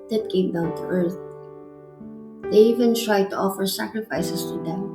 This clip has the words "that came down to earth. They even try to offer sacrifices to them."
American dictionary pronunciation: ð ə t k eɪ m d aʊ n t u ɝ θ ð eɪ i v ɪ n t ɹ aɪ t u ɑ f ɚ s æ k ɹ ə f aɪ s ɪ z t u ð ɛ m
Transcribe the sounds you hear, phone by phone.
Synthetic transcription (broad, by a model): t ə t k eɪ m d aʊ n t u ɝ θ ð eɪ i v ɪ n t ɹ aɪ t u ɑ f ɚ s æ k ɹ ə f aɪ s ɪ s t u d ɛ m